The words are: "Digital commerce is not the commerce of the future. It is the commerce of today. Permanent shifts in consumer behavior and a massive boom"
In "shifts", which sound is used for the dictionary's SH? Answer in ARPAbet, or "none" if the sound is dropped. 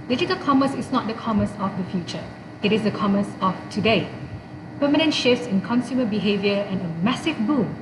SH